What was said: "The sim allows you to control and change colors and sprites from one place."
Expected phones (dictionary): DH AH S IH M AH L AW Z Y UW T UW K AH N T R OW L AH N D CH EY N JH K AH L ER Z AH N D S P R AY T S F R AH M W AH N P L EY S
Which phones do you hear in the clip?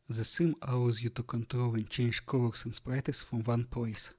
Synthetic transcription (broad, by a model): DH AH S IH M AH UH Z Y UW T UW K AH N T R OW L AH N CH EY N JH K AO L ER S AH N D S P R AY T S F R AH M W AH N P L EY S